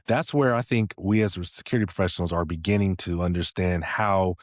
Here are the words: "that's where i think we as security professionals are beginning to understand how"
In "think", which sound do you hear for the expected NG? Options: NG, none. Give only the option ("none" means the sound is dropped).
NG